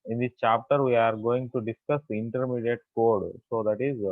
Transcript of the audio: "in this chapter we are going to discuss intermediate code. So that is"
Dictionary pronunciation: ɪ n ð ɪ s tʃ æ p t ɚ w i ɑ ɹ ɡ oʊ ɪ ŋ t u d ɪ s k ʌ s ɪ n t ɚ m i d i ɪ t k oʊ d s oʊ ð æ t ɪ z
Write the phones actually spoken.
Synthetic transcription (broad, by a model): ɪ n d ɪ tʃ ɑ p t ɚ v i ɑ ɹ ɡ oʊ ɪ ŋ t u d ɪ s k ʌ s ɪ n t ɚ m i d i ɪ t k oʊ d s oʊ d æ t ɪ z